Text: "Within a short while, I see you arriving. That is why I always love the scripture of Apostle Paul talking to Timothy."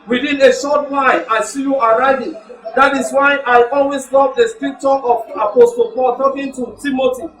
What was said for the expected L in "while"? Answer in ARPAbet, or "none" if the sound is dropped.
N